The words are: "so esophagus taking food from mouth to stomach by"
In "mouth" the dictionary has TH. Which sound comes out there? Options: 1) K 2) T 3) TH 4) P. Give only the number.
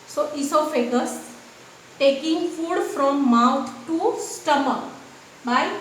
2